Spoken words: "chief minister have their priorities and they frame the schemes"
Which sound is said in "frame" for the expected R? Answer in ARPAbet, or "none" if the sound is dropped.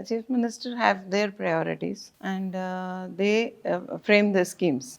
R